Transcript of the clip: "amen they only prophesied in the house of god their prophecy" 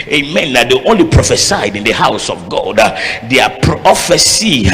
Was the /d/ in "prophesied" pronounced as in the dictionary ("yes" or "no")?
yes